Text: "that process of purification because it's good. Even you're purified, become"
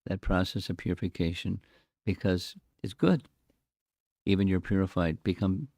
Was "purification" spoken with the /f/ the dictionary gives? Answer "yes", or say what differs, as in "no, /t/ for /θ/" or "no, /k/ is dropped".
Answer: yes